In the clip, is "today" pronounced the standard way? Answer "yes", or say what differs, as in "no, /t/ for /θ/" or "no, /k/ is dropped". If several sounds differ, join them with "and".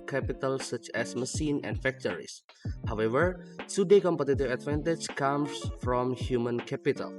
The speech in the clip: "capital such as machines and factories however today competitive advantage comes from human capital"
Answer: no, /s/ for /t/